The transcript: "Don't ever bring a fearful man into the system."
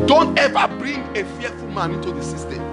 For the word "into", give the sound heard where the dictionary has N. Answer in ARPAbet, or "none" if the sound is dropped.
none